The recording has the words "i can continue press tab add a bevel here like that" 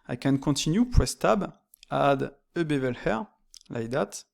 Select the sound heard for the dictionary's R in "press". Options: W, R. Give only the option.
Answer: W